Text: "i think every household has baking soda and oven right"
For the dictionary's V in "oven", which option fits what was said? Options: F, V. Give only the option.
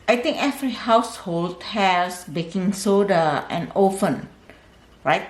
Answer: F